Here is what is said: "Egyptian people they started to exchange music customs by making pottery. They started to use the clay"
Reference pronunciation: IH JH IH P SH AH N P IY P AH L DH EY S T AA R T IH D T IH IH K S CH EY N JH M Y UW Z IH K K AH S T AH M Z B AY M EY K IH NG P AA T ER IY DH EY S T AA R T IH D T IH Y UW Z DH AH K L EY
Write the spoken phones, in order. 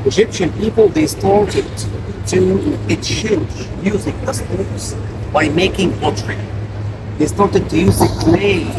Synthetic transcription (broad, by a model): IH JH IH P SH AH N P IY P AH L DH EY S T AA R T IH D T IH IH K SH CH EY JH Y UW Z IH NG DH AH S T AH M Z B AY M EY K IH NG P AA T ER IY DH EY S T AA R T IH D T IH Y UW Z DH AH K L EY